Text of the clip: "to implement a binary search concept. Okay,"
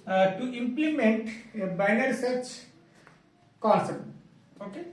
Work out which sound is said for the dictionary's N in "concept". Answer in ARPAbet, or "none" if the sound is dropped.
none